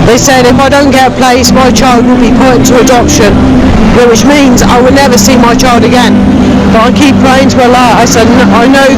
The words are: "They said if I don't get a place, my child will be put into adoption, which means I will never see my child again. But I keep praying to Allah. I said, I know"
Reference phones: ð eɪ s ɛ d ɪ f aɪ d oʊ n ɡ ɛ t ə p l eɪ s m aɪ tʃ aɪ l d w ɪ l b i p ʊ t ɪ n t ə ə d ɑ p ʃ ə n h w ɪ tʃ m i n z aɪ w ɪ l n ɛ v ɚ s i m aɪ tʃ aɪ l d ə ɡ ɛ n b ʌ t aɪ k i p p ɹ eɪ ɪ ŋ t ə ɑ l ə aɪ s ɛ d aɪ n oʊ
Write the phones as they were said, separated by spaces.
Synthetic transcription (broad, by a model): ð eɪ s ɛ d ɪ f aɪ d oʊ n ɡ ɛ t ə p l eɪ s m aɪ tʃ aɪ l d w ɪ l b i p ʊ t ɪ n t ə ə d ɑ p ʃ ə n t w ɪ tʃ m i n z aɪ w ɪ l n ɛ v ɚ s i m aɪ tʃ aɪ l d ə ɡ ɛ n b ʌ t aɪ k i p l eɪ ɪ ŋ t ə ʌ l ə aɪ s ɛ d aɪ n oʊ